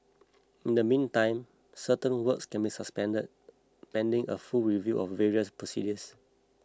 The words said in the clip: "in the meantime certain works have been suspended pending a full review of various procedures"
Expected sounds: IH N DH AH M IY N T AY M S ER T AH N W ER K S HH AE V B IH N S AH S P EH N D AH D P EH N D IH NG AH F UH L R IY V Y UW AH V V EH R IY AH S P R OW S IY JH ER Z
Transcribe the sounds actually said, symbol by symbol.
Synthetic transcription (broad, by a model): IH N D AH M IY N T AY M S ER T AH N W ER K S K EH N B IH S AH S P EH N D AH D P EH N D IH NG AH F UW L R IY V Y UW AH F V EH R IY AH S P R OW S IY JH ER S